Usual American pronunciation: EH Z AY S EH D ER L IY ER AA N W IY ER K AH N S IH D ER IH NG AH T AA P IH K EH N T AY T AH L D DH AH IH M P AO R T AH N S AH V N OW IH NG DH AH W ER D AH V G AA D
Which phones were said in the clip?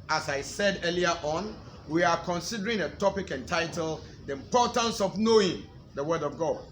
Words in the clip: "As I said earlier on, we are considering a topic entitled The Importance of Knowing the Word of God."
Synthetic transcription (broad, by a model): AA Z AY S EH D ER L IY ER AA N W IY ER K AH N S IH D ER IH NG AH T AA P IH K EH N T AY T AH L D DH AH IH M P AO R T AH N S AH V N OW IH NG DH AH W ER D AH V G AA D